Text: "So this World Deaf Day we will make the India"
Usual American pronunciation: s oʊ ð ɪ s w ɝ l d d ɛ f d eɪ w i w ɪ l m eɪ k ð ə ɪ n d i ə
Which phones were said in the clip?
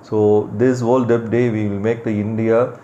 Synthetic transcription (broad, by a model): s oʊ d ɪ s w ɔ l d d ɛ p d eɪ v i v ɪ l m eɪ k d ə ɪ n d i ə